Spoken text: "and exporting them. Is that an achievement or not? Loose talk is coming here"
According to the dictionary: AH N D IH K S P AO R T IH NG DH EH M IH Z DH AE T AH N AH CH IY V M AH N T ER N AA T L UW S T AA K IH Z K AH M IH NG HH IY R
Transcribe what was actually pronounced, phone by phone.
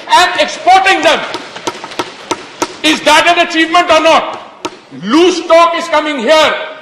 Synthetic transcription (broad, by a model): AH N D IH K S P AO R T IH NG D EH M IH Z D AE T AH N AH CH IY V M AH N T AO N AA T L UW S T AA K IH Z K AH M IH NG HH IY R